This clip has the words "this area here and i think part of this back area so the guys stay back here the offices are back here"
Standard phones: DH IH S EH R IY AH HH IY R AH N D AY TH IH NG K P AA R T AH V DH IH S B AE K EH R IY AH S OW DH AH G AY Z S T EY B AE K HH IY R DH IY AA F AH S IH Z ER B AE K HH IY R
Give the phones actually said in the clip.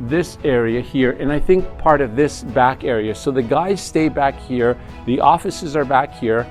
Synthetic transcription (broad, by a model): DH IH S EH R IY AH HH IY R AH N AY TH IH NG K P AA R T AH V DH IH S B AE K EH R IY AH S OW DH AH G AY Z S T EY B AE K HH IY R DH IY AA F AH S IH Z ER B AE K HH IY R